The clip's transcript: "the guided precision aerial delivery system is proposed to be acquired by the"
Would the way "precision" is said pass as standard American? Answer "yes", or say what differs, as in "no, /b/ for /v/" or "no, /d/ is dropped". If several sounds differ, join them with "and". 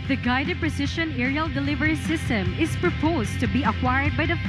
no, /ʃ/ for /ʒ/